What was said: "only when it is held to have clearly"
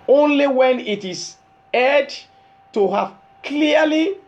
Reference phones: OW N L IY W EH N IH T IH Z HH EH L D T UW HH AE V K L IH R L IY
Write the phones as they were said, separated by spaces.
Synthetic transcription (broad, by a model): OW N L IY W EH N IH T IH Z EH D T UW HH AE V K L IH L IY